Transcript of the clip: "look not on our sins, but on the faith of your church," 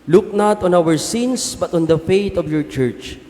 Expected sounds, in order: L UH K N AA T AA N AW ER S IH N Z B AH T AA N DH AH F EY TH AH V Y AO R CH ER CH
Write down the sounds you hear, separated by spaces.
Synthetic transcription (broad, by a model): L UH K N AA T AA N AW ER S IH N S B AH T AA N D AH F EY T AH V Y AO R CH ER CH